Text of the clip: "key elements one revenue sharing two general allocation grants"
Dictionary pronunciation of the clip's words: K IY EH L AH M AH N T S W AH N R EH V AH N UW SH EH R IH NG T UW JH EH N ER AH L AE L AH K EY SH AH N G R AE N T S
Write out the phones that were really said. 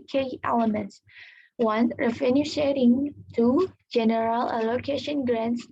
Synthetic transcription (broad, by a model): K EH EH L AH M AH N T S W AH N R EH F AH N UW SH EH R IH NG T UW JH EH N ER AH L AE L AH K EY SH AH N G R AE N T S